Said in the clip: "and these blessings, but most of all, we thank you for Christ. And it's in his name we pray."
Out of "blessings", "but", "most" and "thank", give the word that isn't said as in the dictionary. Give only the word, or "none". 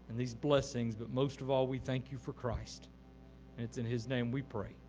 none